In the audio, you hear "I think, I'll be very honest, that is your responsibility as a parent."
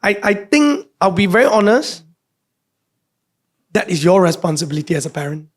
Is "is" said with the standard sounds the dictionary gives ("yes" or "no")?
no